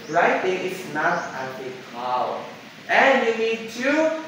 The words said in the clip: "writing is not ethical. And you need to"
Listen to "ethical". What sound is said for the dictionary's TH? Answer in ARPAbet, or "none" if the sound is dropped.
T